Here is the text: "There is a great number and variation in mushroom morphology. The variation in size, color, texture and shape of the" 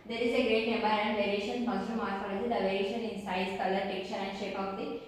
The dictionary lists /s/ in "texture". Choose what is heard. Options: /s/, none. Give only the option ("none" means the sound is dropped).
none